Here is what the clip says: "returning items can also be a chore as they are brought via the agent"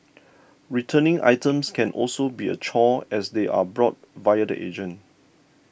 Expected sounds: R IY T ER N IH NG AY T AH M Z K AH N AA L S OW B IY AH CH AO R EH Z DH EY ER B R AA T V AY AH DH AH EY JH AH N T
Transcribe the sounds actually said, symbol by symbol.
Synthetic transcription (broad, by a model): R IY T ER N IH NG AY T AH M S K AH N AA L S OW B IY AH CH AO EH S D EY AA B R AA T V AY AH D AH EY JH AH N